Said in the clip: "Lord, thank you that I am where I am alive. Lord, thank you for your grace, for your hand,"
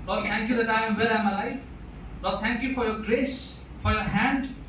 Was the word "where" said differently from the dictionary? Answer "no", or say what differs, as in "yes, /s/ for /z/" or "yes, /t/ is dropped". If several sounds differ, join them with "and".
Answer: yes, /l/ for /ɹ/